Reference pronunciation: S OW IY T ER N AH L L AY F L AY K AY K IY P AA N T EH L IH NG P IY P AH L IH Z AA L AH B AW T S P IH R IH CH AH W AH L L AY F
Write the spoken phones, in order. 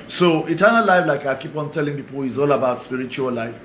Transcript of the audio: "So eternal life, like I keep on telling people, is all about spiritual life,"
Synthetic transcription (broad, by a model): S OW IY T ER N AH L L AY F L AY K AY K IY P AA N T EH L IH NG P IY P AH L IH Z AA L AH B AW T S P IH R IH CH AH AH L L AY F